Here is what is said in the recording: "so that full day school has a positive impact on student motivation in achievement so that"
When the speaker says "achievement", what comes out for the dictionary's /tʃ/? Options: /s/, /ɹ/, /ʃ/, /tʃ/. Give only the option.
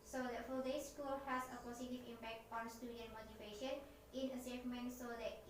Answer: /s/